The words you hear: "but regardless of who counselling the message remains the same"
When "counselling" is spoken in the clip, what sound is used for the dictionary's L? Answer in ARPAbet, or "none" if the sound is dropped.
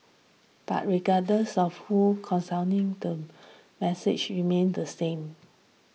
N